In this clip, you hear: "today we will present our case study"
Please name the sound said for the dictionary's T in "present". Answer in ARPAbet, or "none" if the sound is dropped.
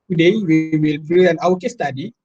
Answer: none